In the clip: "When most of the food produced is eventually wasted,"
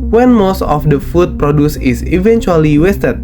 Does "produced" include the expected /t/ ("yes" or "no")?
no